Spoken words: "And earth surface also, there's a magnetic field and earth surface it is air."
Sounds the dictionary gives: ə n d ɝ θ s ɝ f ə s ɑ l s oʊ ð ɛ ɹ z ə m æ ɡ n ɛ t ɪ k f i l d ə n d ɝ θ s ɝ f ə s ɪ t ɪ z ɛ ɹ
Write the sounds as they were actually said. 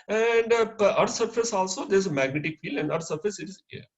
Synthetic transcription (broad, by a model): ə n d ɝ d s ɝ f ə s ɑ l s oʊ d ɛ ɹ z ə m æ ɡ n ɛ t ɪ k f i l ə n d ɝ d s ɝ f ə s ɪ t ɪ z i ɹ